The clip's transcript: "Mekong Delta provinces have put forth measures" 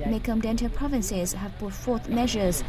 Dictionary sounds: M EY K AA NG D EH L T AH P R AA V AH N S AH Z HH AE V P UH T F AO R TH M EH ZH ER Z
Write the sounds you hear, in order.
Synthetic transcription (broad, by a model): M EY K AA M D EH N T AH P R AA V AH N S AH Z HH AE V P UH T F AO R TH M EH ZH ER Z